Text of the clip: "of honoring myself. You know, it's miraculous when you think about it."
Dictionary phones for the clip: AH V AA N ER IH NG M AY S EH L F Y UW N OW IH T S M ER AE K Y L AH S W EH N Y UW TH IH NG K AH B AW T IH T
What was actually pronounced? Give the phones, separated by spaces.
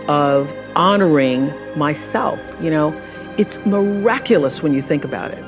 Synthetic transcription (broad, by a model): AH V AA N ER IH NG M AY S EH L F Y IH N OW IH T S M ER AE K Y L AH S W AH N Y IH TH IH NG K AH B AW T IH T